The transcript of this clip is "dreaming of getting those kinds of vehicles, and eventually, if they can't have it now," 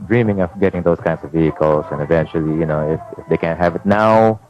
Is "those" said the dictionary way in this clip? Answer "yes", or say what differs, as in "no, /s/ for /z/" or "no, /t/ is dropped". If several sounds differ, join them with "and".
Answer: no, /s/ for /z/